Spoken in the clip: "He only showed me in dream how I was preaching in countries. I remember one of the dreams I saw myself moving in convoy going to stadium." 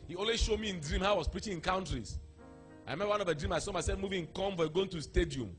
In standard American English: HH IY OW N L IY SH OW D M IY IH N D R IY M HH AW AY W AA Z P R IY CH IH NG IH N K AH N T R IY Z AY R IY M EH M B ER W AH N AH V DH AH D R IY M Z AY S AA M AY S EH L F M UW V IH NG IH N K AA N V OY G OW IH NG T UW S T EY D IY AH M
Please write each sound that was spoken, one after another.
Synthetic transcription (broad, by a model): HH IY OW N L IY SH OW D M IY IH N D R IY M HH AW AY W AA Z P R IY CH IH NG IH N K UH N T R IY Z AY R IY M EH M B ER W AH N AH V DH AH D R IY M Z AY S AA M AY S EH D M UW V IH NG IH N K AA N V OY G OW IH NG T UW S T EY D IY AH M